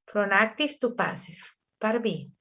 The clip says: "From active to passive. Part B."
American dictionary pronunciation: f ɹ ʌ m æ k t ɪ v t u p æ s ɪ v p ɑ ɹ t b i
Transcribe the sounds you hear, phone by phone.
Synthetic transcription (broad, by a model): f ɹ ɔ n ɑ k t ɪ f t u p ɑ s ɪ f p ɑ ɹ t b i